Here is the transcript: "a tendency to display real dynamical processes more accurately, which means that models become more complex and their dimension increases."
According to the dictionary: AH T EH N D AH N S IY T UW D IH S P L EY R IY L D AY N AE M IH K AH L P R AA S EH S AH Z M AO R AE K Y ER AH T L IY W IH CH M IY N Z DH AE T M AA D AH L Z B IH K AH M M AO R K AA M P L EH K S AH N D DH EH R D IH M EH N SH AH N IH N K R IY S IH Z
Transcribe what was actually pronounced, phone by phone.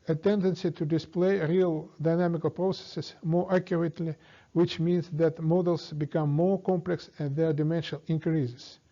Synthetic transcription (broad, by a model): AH T EH N D AH N S IY T UW D IH S P L EY R IY L D AY N AE M IH K AH L P R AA S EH S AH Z M AO R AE K Y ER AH T L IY W IH CH M IY N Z DH AE T M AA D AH L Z B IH K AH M M AO R K AA M P L EH K S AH N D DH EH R D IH M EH N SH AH N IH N K R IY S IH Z